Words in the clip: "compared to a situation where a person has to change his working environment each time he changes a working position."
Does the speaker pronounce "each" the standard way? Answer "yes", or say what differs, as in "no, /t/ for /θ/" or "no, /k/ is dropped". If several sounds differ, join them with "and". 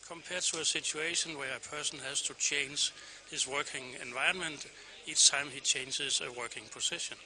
no, /s/ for /tʃ/